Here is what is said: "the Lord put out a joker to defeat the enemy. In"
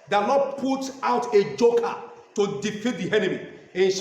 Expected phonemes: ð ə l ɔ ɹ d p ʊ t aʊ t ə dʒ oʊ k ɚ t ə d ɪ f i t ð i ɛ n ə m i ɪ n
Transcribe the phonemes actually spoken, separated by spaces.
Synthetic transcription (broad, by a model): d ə n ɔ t p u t aʊ t ə dʒ oʊ k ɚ t ə d ɪ f i t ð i ɛ n ə m i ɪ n